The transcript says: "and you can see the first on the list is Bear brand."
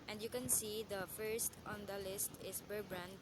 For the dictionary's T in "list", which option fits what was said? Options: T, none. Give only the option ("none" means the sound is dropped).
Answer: T